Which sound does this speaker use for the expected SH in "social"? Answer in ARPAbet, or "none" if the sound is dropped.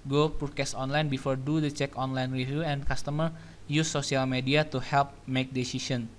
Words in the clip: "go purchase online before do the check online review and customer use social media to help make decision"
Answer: none